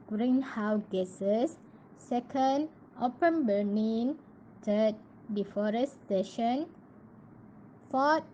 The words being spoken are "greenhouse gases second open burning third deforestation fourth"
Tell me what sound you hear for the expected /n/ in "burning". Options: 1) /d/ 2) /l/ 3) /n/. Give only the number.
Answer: 2